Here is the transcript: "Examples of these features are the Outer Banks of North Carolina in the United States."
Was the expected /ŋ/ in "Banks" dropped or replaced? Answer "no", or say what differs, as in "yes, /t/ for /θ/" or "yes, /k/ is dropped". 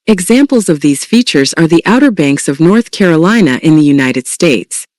no